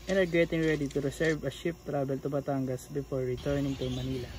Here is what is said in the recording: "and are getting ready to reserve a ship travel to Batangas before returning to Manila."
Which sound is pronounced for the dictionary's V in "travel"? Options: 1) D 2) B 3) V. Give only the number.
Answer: 2